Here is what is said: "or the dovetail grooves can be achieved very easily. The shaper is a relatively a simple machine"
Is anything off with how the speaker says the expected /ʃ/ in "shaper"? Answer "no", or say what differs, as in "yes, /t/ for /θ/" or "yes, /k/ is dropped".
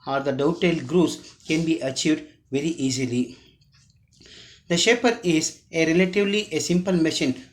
no